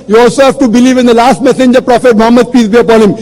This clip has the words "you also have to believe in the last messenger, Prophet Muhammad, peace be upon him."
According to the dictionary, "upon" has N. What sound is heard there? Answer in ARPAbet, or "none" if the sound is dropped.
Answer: L